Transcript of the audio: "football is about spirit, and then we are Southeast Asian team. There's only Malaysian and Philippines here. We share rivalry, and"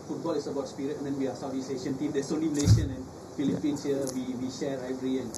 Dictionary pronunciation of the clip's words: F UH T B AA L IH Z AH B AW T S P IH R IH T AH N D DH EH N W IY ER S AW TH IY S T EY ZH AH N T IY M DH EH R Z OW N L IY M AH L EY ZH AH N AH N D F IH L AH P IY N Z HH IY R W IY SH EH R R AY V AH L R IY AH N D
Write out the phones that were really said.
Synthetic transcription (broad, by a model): F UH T B AA L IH S AH B AW T S P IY R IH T AH N D EH N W IY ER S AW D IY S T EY SH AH N T IY M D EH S OW N L IY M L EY SH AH N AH N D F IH L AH P IY N S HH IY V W IY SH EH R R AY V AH R IY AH N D